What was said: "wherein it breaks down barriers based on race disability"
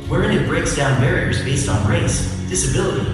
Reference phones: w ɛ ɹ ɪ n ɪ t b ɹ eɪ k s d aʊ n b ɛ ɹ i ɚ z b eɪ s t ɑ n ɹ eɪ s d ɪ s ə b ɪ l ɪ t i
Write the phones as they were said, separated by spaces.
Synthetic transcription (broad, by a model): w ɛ ɹ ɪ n ɪ t b ɹ eɪ k s d aʊ n b ɛ ɹ i ɚ z b eɪ s t n ɹ eɪ s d ɪ s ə b ɪ l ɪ t i